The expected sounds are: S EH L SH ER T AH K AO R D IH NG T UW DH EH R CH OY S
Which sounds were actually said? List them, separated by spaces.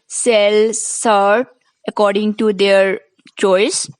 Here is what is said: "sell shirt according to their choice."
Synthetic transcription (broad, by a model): S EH L S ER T AH K AO R D IH NG T UW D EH R CH OY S